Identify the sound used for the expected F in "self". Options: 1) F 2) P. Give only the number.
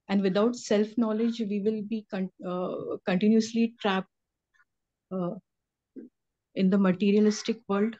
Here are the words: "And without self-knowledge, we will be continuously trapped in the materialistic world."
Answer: 1